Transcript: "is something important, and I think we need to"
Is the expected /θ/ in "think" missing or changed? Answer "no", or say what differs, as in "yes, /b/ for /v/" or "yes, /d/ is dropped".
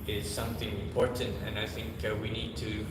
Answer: no